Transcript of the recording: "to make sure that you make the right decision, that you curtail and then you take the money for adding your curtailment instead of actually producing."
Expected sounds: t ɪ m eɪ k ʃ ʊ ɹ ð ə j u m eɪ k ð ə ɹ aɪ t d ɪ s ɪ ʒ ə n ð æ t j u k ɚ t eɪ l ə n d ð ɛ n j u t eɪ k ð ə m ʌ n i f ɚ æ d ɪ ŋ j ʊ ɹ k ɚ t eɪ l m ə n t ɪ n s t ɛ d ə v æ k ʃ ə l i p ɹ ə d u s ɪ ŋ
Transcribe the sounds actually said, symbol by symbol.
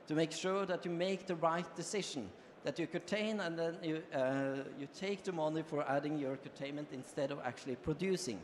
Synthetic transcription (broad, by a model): t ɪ m eɪ k ʃ ʊ ɹ ð ə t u m eɪ k ð ə ɹ aɪ t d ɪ s ɪ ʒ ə n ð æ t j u k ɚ t eɪ n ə n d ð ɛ n j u t eɪ k ð ə m ʌ n i f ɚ æ d ɪ ŋ j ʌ ɹ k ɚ t eɪ n m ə n t ɪ n s t ɛ d ə v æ k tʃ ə l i p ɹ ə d u s ɪ ŋ